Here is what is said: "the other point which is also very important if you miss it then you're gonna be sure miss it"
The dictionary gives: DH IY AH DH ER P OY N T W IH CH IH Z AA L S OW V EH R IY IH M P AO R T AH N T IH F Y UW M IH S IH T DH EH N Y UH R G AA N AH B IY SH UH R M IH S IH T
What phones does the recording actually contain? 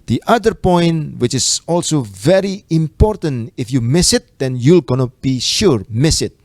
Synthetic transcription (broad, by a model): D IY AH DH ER P OY N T W IH CH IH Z AA L S OW V EH R IY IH M P AO R T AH N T IH F Y UW M IH S IH T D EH N Y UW L G AA N AH B IY SH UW R M IH S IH T